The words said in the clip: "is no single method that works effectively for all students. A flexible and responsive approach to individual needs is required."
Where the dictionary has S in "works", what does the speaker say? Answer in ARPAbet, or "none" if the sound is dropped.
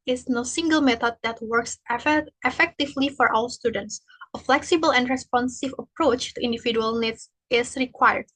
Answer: S